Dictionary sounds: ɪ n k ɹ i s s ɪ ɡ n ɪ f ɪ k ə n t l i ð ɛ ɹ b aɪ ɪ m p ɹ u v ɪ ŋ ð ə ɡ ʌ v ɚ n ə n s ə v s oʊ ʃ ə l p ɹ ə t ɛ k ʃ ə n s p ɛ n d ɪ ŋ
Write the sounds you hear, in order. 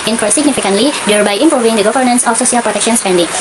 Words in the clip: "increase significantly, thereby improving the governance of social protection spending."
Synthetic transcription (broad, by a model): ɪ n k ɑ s s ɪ ɡ n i f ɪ k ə n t l i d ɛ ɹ b aɪ ɪ m p ɹ u v ɪ ŋ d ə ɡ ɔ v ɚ n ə n s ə f s oʊ s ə l p ɹ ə t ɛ k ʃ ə n s p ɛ n d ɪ ŋ